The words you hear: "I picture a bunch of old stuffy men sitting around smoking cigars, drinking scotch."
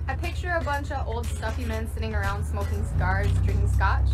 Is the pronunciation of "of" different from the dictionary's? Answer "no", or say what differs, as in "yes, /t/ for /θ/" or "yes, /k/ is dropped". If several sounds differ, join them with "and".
no